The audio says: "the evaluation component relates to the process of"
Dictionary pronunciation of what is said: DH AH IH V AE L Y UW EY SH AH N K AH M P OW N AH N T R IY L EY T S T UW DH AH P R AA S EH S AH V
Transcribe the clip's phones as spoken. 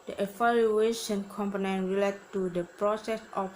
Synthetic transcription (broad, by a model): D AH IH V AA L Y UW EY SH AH N K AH M P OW N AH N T R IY L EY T T UW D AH P R AA S EH S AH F